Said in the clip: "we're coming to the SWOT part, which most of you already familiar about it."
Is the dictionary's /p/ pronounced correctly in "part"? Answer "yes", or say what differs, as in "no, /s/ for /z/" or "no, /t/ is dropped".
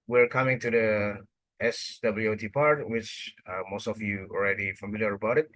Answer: yes